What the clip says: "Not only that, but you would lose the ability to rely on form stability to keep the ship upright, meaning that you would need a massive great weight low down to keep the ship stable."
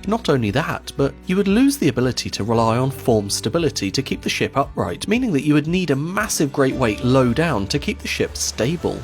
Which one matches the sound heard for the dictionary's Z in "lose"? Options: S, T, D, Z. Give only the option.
Z